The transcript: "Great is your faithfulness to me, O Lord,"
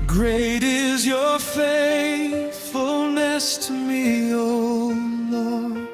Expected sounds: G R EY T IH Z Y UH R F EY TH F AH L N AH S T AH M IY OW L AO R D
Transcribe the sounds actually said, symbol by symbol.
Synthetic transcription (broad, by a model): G R EY T IH Z Y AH R F EY TH F AH L N AH S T M IY OW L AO